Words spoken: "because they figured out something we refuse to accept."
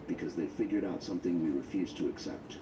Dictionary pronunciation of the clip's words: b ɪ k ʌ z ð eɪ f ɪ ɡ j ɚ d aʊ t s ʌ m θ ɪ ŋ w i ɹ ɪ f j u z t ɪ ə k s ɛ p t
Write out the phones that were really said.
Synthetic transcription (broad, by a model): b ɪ k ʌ z ð eɪ f ɪ ɡ j ɚ d aʊ t s ʌ m θ ɪ ŋ w i ɹ ɪ f j u z t ɪ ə k s ɛ p t